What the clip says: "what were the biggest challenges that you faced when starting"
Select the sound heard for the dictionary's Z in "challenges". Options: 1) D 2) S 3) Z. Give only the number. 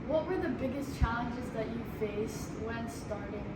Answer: 3